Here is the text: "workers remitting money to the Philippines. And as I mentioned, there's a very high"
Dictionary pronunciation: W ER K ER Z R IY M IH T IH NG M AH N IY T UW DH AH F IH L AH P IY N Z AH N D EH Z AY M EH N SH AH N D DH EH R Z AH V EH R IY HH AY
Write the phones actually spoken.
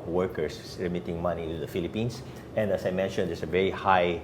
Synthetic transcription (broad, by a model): W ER K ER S R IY M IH T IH NG M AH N IY T UW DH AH F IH L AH P IY N S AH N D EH S AY M EH N SH AH N D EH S AH V EH R IY HH AY